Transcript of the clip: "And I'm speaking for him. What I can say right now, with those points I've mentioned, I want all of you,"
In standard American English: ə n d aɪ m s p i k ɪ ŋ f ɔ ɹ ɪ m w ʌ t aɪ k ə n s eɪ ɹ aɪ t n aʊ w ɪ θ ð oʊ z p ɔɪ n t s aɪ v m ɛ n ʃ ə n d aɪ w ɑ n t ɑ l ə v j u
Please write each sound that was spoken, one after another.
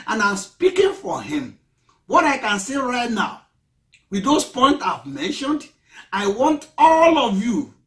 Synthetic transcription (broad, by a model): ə n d aɪ m s p i k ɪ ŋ f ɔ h ɪ m w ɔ t aɪ k ə n s eɪ ɹ aɪ t n aʊ w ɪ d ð oʊ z p ɔɪ n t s aɪ v m ɛ n ʃ ə n d aɪ w ɑ n t ɑ l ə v j u